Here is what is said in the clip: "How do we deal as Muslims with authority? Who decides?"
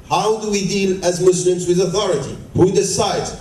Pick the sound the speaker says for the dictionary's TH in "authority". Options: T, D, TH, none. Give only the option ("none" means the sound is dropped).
TH